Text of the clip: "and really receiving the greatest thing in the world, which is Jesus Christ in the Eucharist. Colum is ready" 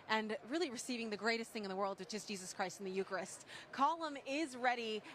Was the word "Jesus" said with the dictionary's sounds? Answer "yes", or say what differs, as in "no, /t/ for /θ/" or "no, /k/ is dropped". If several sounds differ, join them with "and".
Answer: yes